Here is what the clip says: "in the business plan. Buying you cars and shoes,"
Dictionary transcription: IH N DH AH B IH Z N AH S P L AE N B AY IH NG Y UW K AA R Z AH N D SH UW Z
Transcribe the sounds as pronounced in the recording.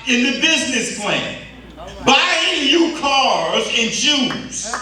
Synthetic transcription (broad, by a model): IH N DH AH B IH Z N AH S P L AE N B AY IH NG Y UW K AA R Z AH N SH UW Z